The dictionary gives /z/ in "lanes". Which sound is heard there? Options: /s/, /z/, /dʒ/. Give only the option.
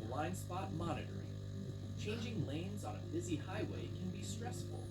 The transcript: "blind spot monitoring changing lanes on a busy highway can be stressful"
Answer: /z/